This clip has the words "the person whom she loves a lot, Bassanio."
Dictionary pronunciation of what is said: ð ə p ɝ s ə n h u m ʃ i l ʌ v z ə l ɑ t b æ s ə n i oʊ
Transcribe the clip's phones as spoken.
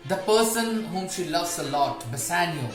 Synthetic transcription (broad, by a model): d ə p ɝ s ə n h u m ʃ i l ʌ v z ə l ɑ t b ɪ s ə n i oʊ